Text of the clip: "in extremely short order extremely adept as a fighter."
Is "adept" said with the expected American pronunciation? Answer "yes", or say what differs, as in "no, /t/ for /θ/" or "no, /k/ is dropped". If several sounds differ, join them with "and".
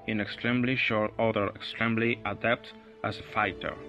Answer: yes